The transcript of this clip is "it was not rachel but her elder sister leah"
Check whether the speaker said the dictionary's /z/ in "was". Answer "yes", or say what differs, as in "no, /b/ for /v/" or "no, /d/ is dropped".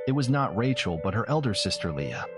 yes